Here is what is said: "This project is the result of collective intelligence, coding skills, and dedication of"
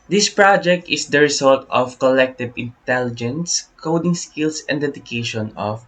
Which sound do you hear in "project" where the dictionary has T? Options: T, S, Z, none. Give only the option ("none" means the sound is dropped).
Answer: T